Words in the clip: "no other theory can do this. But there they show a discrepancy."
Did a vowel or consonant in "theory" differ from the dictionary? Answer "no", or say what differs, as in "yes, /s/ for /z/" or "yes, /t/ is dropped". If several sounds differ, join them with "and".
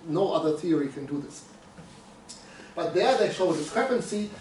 no